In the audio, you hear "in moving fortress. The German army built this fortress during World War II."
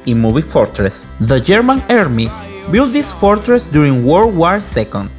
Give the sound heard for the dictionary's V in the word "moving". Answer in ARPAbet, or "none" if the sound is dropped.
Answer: B